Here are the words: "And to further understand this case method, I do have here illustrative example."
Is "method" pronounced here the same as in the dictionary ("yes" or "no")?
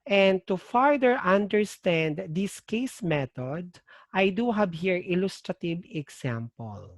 no